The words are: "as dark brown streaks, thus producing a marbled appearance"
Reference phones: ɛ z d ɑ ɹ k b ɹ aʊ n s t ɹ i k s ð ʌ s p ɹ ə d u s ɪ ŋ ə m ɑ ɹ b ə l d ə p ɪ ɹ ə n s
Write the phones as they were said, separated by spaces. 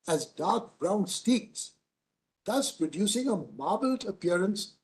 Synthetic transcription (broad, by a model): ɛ z d ɑ ɹ k b ɹ aʊ n s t i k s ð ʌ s p ɹ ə d u s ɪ ŋ ə m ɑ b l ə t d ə p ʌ ɹ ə n s